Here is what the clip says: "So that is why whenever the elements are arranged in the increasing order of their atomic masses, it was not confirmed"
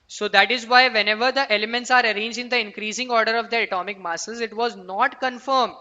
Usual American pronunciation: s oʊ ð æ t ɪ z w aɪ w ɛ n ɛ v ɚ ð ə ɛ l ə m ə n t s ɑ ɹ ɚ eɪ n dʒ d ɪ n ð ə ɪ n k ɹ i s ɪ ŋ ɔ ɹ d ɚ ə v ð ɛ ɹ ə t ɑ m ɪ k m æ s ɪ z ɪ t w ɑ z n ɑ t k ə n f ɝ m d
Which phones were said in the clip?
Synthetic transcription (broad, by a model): s oʊ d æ t ɪ z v aɪ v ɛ n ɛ v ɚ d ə ɛ l ə m ə n t s ɑ ɹ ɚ eɪ n dʒ ɪ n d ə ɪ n k ɹ i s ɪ ŋ ɔ ɹ d ɚ ə v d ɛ ɹ ə t ɑ m ɪ k m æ s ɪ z ɪ t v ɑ z n ɑ t k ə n f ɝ m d